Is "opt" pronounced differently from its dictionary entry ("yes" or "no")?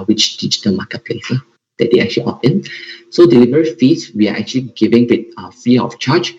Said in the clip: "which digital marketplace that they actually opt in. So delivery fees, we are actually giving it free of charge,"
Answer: yes